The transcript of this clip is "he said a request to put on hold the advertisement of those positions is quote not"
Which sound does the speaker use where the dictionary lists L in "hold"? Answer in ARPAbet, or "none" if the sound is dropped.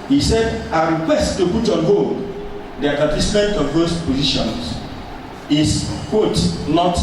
none